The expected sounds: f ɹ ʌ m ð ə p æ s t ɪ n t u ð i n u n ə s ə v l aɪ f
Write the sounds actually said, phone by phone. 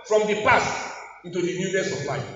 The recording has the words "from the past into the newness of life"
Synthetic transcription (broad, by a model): f ɹ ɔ m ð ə p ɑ s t ɪ n t u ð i n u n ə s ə p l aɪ